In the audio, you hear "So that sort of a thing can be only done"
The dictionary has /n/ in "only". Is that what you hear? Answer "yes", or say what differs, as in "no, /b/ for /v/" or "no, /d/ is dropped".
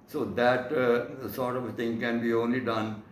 yes